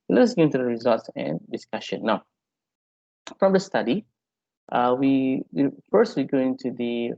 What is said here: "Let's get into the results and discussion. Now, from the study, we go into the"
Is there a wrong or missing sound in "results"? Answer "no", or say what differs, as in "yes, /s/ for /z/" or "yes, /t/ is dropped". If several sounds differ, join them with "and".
no